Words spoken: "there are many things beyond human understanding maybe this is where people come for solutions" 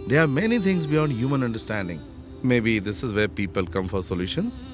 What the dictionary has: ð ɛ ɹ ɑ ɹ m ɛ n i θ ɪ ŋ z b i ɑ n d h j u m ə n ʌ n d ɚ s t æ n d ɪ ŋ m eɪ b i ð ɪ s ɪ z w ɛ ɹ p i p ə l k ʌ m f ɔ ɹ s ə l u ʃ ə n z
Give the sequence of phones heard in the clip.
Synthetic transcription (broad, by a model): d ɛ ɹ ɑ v m ɛ n i t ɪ ŋ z b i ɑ n d h j u m ə n ʌ n d ɚ s t æ n d ɪ ŋ m eɪ b i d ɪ s ɪ z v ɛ ɹ p i p ə l k ʌ m f ɔ ɹ s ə l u ʃ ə n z